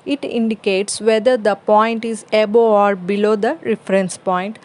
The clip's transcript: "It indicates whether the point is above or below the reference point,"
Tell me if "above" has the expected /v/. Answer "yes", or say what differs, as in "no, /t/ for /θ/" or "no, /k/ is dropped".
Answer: no, /v/ is dropped